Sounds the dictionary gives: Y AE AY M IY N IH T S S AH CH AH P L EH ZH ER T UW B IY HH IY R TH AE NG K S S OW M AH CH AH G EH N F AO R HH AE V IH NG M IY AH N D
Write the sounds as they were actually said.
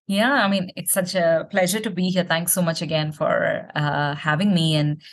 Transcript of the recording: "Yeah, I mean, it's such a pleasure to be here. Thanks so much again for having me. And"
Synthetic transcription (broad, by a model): Y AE AY M IY N IH T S S AH CH AH P L EH ZH ER T UW B IY HH IY R T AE NG K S S OW M AH CH AH G EH N F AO R HH AE V IH NG M IY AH N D